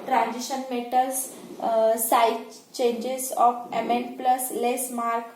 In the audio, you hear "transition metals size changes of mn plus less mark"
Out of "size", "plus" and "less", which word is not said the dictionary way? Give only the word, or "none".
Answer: size